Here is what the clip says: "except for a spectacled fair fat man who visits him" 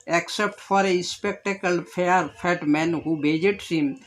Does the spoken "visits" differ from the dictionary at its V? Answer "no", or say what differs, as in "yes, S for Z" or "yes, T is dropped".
yes, B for V